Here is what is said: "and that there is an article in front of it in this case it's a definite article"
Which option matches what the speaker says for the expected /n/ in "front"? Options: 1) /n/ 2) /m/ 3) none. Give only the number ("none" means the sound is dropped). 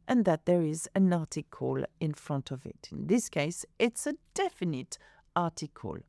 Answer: 1